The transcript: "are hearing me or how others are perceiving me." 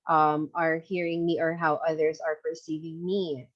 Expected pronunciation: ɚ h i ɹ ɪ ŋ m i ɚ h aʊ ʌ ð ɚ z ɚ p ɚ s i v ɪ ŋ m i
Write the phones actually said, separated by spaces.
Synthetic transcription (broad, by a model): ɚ h i ɹ ɪ ŋ m i ɚ h aʊ ʌ ð ɚ z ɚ p ɚ s i v ɪ ŋ m i